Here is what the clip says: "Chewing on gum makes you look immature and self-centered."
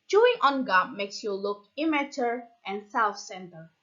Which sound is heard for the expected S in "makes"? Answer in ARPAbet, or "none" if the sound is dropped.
S